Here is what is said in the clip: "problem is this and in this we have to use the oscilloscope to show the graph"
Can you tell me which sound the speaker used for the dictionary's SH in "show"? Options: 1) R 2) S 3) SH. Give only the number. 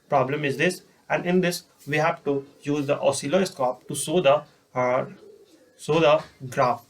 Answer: 2